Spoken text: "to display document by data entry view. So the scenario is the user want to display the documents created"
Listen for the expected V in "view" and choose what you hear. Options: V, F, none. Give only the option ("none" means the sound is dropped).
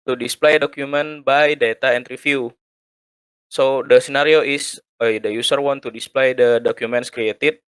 F